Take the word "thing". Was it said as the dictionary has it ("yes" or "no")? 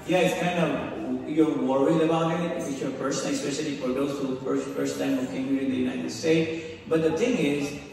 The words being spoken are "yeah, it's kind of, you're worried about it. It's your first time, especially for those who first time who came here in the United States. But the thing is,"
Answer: no